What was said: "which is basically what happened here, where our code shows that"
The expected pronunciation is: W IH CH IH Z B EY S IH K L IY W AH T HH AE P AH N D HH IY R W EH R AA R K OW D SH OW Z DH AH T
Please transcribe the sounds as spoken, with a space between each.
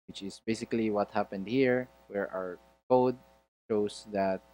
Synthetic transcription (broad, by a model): W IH CH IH S B EY S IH K L IY W AH T HH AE P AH N D HH IY R W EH R AA R K OW D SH OW S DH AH T